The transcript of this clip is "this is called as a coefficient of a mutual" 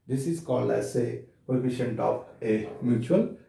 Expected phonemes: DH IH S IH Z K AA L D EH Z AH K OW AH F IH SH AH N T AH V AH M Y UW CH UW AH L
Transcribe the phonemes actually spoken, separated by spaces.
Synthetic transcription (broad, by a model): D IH S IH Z K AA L EH S AH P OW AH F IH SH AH N T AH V AH M Y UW CH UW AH L